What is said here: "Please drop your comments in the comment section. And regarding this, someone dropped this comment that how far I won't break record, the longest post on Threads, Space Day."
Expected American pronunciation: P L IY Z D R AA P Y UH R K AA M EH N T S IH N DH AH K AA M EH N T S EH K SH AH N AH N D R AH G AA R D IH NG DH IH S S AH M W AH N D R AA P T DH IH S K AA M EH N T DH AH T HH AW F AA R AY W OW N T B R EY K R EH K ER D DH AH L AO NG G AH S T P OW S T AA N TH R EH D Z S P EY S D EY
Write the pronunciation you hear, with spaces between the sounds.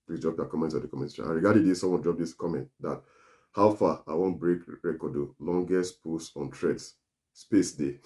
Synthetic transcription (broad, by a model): P L IY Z D R AA P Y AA K AA M EH N T S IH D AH K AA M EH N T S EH SH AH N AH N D R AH G AA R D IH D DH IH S S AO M W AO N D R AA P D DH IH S K AA M EH N T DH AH T HH AW F AA AY W OW N T B R EY K R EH K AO D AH L AO NG G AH S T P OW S AA N T R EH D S S P EY S D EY